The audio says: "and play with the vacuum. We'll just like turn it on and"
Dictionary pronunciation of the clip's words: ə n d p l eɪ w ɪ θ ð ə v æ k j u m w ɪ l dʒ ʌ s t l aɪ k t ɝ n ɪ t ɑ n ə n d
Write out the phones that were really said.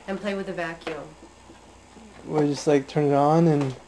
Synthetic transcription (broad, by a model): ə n p l eɪ w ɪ ð ə v æ k j u m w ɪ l dʒ ʌ s t l aɪ k t ɝ n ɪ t n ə n